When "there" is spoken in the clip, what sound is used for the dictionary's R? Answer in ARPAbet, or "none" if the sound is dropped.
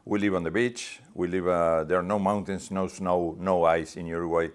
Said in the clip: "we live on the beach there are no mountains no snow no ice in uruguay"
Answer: L